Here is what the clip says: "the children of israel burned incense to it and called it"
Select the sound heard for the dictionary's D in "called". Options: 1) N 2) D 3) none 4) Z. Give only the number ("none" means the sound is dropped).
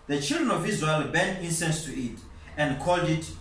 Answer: 2